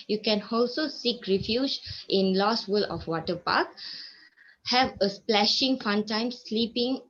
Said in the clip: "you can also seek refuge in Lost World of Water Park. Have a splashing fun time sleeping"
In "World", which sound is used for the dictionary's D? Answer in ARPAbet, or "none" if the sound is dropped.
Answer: none